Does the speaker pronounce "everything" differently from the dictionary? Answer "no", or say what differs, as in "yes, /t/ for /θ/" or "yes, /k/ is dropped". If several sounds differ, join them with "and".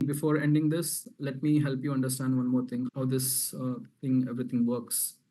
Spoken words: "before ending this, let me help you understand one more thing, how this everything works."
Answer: yes, /t/ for /θ/